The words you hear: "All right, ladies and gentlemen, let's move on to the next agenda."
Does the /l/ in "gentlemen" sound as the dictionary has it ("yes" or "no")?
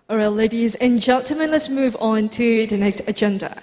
no